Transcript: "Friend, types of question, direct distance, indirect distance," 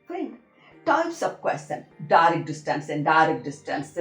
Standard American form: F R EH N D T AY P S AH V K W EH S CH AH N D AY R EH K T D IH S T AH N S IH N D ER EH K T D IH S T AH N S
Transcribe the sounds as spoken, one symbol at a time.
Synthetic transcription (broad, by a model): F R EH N T AY P S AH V K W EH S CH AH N D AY R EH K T D IH S T AH N S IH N D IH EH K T D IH S T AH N S